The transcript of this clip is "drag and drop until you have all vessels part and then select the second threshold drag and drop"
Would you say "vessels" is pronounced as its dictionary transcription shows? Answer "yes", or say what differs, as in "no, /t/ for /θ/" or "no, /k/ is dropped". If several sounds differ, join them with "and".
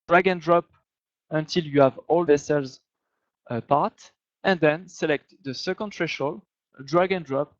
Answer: yes